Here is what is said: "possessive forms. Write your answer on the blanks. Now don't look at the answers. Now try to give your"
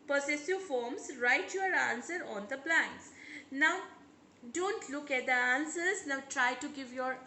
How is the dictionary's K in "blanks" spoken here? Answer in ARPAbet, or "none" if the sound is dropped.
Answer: none